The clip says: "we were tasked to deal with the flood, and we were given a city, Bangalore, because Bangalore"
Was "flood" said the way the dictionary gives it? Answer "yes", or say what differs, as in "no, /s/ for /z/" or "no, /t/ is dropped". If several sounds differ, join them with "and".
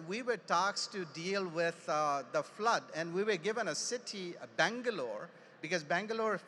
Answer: yes